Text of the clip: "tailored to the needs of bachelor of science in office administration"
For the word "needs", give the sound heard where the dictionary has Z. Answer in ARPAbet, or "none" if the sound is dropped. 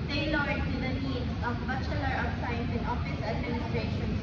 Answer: S